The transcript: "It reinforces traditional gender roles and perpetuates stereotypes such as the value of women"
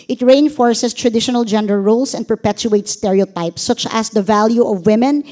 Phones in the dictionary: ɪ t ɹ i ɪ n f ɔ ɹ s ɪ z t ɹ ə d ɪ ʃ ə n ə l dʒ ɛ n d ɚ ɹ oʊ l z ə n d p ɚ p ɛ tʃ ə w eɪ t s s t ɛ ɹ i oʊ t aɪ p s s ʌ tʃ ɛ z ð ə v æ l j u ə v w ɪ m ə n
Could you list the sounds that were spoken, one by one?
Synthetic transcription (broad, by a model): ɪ t ɹ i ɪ n f ɔ ɹ s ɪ s t ɹ ə d ɪ ʃ ə n ə l dʒ ɛ n d ɚ ɹ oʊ l s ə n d p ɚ p ɛ tʃ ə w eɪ t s s t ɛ ɹ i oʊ t aɪ p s s ʌ tʃ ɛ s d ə v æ l j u ə v w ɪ m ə n